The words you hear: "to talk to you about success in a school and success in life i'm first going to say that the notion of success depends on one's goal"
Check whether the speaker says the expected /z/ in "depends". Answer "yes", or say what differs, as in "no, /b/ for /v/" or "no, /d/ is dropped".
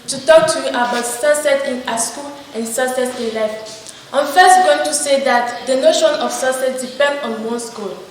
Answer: no, /z/ is dropped